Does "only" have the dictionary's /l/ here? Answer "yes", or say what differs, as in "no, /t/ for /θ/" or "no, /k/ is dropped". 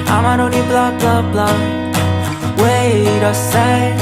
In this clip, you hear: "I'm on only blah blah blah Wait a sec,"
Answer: no, /l/ is dropped